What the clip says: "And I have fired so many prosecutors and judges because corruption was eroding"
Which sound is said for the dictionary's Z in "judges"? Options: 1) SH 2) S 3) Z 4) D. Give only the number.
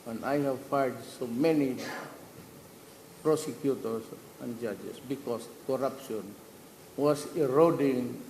2